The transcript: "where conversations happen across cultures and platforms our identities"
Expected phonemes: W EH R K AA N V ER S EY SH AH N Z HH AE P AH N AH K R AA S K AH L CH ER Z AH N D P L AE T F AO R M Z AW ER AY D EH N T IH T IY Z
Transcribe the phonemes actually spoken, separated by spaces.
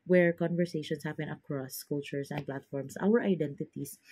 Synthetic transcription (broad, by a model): W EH R K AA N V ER S EY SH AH N S HH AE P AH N AH K R AA S K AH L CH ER S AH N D P L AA T F AO R M S AW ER AY D EH N T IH T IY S